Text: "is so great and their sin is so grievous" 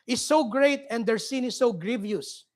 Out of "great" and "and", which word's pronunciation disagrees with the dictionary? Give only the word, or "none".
none